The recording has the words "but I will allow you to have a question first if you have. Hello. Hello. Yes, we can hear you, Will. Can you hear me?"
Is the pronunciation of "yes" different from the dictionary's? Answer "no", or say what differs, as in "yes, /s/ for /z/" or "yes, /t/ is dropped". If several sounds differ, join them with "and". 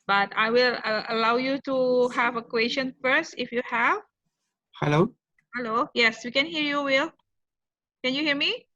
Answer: no